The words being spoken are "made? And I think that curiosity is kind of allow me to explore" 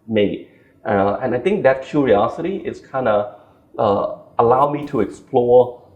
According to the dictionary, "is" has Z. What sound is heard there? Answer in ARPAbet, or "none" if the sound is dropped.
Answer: S